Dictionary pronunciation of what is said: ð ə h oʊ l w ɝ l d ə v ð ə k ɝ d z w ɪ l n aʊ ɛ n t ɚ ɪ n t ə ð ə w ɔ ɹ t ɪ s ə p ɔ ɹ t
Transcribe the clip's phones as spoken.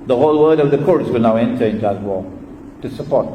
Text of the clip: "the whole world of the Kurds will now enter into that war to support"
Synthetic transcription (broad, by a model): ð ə h oʊ l w ɝ d ə v ð ə k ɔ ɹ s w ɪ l n aʊ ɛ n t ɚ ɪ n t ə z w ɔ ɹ t ɪ s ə p ɔ ɹ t